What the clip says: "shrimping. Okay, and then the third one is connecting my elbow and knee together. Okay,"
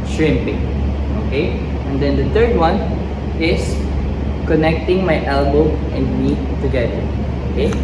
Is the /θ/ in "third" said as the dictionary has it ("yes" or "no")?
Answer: no